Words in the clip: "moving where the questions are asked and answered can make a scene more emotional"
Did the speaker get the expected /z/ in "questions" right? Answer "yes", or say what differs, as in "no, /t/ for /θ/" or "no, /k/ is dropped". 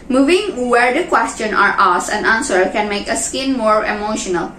no, /z/ is dropped